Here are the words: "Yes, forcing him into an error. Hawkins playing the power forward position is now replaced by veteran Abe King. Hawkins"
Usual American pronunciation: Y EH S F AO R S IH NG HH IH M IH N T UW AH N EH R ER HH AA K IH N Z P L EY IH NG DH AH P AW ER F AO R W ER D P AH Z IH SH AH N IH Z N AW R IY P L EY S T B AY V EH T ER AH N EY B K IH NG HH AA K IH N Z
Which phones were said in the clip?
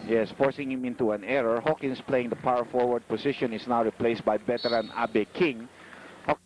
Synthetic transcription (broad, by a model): Y EH S F AO R S IH NG HH IH M IH N T UW AH N EH R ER HH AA K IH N S P L EY IH NG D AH P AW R F AO R W ER D P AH S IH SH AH N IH S N AW R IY P L EY S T B AY B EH T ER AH N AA B K IH NG HH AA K